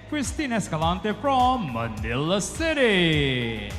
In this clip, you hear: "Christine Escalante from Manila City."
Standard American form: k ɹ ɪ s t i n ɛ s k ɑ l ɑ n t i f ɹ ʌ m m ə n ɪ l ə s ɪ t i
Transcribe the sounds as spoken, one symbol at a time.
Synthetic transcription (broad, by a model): k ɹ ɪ s t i n ɛ s k ɑ l ɑ n t i f ɹ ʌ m m ə n ɪ l ə s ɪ t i